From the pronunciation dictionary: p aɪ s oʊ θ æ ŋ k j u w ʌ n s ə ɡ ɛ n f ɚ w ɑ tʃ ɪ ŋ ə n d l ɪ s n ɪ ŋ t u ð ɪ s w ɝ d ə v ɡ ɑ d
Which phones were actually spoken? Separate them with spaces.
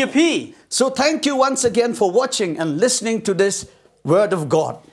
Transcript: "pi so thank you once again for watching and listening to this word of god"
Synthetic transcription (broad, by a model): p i s oʊ t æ ŋ k j u w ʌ n s ə ɡ ɛ n f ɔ w ɑ tʃ ɪ ŋ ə n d l ɪ s n ɪ ŋ t u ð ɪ s w ɝ d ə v ɡ ɑ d